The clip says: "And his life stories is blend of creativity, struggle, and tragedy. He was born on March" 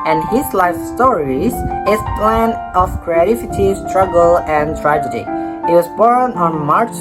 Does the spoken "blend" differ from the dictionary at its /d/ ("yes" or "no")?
yes